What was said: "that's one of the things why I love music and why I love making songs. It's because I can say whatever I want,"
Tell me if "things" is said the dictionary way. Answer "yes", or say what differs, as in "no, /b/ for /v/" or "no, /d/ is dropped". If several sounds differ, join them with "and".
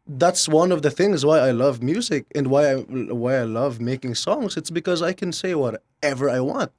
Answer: yes